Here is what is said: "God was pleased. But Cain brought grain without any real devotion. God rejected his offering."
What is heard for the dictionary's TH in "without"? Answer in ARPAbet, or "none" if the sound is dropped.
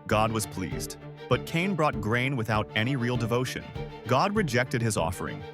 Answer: TH